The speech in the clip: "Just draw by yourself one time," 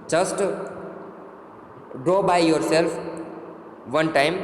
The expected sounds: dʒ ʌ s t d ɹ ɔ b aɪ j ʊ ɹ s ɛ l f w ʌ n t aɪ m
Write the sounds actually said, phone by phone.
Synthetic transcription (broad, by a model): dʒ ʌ s t d ɹ ɔ b aɪ j ʊ ɹ s ɛ l f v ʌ n t aɪ m